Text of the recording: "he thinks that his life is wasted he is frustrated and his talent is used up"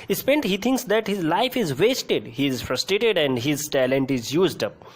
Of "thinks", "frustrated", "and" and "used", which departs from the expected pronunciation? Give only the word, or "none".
thinks